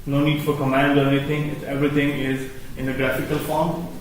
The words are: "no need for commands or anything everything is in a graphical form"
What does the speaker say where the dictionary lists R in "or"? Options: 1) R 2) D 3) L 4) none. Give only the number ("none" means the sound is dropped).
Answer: 1